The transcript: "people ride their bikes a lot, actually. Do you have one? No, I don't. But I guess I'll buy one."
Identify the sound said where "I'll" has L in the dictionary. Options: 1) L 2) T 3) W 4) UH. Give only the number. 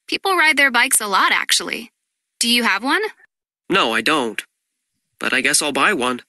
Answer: 1